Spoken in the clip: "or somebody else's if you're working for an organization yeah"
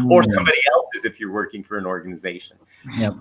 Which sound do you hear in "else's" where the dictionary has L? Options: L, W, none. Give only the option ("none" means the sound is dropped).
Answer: L